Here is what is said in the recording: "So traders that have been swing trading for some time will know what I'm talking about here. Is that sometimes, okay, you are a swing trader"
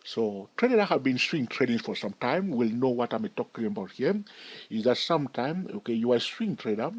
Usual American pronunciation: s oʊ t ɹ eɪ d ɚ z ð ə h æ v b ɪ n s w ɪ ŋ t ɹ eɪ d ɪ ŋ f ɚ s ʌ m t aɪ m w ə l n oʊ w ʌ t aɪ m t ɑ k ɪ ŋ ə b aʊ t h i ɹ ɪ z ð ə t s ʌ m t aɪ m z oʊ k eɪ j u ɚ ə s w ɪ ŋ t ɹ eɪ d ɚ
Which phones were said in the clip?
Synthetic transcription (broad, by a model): s oʊ t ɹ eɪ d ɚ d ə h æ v b ɪ n s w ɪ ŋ t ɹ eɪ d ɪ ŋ f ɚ s ʌ m t aɪ m w ə l n oʊ w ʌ t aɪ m t ɑ k ɪ ŋ ə b aʊ t h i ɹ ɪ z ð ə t s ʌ m t aɪ m oʊ k eɪ j u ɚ ə s w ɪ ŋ t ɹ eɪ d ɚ